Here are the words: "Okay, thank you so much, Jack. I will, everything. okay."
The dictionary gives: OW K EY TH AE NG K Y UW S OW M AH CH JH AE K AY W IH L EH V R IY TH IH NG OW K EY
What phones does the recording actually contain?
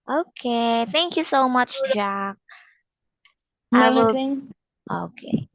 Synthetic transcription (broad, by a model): OW K EY TH AE NG K Y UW S OW M AH CH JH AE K AY W IH L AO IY K EY